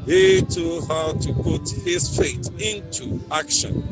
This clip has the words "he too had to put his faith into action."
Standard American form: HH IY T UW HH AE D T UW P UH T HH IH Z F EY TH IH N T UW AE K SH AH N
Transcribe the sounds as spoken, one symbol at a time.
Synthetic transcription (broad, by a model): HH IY T UW HH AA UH T UW P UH T HH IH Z F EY T IH N T UW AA K SH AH N